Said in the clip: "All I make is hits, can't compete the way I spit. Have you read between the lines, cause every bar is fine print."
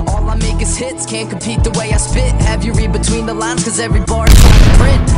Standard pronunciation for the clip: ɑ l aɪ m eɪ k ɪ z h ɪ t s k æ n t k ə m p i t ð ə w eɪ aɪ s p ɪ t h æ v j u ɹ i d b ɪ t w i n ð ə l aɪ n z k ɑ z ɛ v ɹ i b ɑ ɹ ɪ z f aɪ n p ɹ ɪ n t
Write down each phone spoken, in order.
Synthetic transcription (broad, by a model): ɑ l aɪ m eɪ k ɪ z h ɪ t s k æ n k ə m p i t ð ə w eɪ aɪ s p ɪ t h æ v j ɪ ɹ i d b ɪ t w i n ð ə l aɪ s k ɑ z ɛ v ɹ i b ɑ ɹ ɪ z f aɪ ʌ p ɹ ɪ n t